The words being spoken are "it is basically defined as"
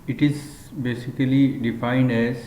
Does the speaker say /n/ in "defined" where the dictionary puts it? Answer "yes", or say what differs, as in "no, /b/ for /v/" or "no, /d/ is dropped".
yes